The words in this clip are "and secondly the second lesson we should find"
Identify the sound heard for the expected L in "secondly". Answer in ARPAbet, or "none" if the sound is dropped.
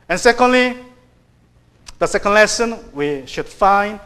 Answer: L